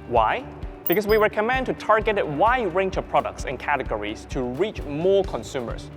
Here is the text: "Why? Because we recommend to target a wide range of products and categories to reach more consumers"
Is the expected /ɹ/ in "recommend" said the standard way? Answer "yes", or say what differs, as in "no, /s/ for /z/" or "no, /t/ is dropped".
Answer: no, /w/ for /ɹ/